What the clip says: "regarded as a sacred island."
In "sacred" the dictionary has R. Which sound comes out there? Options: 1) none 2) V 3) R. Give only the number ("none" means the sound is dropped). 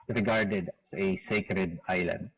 3